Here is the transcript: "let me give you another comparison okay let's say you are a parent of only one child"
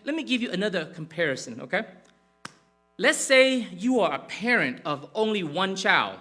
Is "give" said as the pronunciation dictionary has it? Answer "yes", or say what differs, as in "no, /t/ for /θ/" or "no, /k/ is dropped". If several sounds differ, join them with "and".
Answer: yes